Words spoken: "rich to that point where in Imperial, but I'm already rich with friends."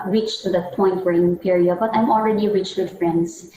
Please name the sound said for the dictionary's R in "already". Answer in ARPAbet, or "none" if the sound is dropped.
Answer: R